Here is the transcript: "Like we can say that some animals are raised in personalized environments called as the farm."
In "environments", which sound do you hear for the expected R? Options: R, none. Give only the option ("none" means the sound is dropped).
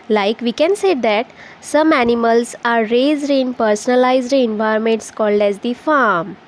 none